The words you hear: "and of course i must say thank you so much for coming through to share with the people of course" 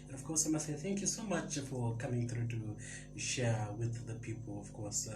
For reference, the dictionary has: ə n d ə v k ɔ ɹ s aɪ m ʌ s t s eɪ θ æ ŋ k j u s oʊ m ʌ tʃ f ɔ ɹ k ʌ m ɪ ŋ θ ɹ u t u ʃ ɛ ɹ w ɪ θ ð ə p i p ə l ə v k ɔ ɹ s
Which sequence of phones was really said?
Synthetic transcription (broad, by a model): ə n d ə v k ɔ ɹ s aɪ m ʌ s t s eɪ θ æ ŋ k j u s oʊ m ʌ tʃ f ɔ ɹ k ʌ m ɪ ŋ θ ɹ u t u ʃ ɛ ɹ w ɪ ð ə p i p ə l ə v k ɔ ɹ s